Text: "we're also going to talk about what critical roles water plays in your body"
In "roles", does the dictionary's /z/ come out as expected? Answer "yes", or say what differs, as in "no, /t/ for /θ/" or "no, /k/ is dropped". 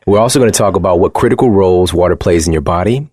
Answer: yes